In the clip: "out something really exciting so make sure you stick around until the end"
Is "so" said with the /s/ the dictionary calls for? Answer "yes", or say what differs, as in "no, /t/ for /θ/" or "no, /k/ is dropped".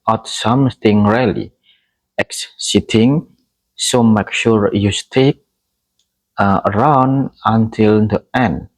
yes